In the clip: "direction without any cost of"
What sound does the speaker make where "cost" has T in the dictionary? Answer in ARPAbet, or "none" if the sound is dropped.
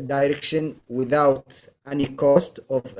T